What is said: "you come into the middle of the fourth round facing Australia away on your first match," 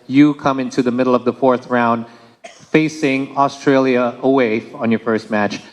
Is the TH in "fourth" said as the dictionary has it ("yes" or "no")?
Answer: yes